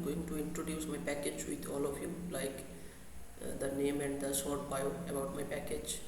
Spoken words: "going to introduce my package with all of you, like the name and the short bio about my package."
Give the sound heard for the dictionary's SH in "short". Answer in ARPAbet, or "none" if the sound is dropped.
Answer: S